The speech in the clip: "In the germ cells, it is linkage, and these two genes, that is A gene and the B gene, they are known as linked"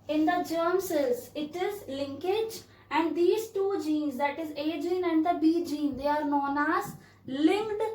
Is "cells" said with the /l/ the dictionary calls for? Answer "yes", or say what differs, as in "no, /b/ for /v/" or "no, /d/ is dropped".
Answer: no, /l/ is dropped